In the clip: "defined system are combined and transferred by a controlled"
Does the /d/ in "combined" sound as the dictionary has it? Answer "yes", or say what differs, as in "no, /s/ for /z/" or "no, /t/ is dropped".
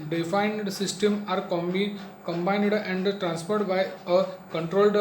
yes